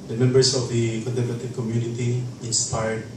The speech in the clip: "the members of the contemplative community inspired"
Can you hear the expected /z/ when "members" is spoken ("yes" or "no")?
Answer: no